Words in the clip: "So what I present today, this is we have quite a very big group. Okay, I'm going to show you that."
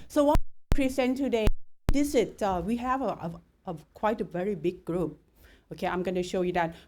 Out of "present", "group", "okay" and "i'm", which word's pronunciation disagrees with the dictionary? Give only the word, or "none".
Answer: present